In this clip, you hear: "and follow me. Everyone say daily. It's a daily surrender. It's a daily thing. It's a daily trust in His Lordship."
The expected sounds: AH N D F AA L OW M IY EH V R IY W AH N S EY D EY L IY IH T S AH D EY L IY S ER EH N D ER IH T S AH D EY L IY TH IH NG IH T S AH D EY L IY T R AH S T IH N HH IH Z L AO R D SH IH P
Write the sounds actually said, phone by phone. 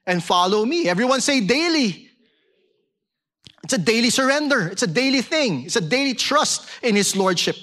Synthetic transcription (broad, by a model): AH N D F AA L OW M IY EH V R IY W AH N S EY D EY L IY IH T S AH D EY L IY S ER EH N D ER IH T S AH D EY L IY TH IH NG IH T S AH D EY L IY T R AH S T IH N HH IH S L AO R D SH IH P